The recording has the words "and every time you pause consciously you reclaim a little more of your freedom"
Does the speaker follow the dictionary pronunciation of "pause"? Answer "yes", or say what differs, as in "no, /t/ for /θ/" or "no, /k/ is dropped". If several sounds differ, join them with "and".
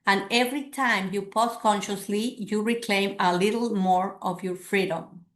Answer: no, /s/ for /z/